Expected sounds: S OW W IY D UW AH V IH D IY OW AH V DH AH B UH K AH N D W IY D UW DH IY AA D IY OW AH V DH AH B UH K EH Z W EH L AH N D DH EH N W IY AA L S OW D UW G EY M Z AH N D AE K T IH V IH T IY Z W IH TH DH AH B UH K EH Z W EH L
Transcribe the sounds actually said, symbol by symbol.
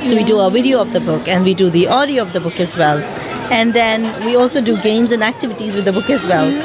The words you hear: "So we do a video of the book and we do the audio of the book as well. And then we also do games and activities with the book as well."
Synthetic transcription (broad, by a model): S OW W IY D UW AH V IH D IY OW AH V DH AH B UH K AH N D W IY D UW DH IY AA D IY OW AH V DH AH B UH K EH Z W EH L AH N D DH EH N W IY AA L S OW D UW G EY M Z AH N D AE K T IH V IH T IY Z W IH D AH B UH K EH Z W EH L